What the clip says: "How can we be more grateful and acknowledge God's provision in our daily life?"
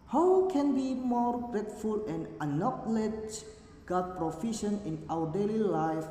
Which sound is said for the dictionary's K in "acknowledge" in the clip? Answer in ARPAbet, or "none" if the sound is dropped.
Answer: none